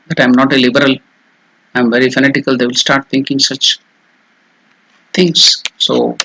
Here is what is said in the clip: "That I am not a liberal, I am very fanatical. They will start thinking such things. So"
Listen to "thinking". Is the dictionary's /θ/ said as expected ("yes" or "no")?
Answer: no